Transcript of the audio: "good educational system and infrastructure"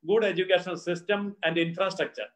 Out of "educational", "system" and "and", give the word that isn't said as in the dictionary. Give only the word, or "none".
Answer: educational